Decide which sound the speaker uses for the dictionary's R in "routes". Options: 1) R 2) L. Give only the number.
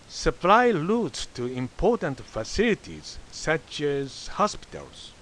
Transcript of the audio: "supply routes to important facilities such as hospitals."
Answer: 2